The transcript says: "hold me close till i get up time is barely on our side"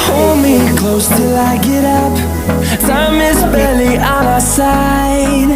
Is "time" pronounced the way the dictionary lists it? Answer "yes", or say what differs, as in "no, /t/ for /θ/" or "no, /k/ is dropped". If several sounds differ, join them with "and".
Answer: no, /s/ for /t/